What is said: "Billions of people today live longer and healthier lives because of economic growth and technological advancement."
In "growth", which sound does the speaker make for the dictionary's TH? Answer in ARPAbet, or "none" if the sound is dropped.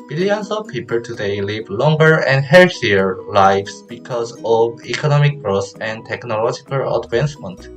S